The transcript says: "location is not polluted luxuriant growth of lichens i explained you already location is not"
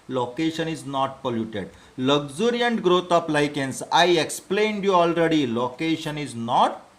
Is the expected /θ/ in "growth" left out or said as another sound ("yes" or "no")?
yes